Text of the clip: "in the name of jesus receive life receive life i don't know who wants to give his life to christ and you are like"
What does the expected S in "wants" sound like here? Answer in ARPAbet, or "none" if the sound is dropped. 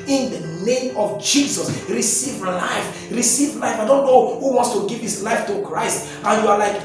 S